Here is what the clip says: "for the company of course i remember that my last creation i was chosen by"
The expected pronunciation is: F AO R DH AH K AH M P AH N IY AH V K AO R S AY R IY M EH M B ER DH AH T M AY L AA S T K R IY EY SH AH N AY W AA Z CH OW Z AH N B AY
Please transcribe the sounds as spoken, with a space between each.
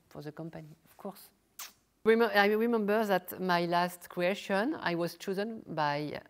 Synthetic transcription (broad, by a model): F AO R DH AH K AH M P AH N IY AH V K AO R S AY R IY M EH M B ER DH AH T M AY L AA S T K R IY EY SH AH N AY W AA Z CH OW Z AH N B AY